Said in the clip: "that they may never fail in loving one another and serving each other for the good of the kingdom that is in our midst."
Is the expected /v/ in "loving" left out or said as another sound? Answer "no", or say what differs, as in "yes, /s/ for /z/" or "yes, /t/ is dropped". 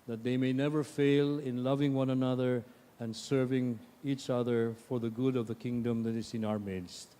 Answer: no